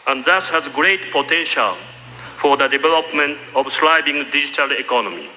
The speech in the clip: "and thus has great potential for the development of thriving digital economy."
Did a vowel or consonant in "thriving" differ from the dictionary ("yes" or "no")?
yes